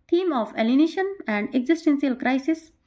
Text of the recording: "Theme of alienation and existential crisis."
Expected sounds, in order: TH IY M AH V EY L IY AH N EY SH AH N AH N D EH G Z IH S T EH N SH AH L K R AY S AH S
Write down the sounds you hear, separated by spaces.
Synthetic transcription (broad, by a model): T IY M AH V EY L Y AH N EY SH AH N AH N D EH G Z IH S T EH N S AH L K R AY S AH S